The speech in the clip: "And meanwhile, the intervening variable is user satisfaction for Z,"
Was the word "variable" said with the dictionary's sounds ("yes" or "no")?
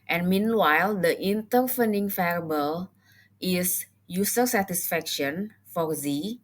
no